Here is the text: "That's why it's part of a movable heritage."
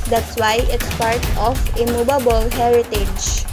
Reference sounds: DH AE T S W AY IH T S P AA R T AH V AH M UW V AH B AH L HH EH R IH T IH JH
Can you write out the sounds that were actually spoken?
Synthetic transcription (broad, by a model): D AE T S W AY IH T S P AA R T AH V AH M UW B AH B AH L HH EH R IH T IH JH